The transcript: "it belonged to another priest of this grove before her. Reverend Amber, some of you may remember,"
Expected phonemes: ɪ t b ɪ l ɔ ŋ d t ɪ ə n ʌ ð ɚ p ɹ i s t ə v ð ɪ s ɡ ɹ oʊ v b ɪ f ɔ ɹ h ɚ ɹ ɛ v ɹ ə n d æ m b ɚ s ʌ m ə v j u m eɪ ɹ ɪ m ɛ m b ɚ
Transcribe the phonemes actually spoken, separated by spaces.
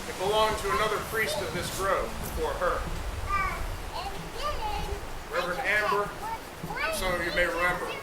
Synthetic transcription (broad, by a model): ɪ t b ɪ l ɔ ŋ t ɪ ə n ʌ ð ɚ p ɹ i s t ə v ð ɪ s ɡ ɹ oʊ v b ɪ f ɔ ɹ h ɚ ɹ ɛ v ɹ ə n æ m b ɚ s ʌ m ə v j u m eɪ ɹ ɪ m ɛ m b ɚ